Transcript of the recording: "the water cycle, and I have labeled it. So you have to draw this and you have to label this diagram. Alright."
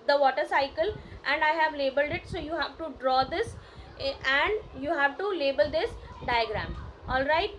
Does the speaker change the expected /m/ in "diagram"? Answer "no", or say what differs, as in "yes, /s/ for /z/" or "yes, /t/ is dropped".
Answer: no